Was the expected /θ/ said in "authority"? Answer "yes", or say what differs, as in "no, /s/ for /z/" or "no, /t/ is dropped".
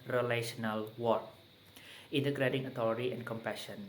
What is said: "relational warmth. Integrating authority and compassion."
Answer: no, /t/ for /θ/